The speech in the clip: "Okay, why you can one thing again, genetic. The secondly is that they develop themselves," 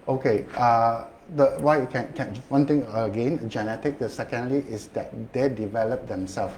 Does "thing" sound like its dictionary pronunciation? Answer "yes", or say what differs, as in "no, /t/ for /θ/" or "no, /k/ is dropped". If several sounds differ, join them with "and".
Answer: no, /t/ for /θ/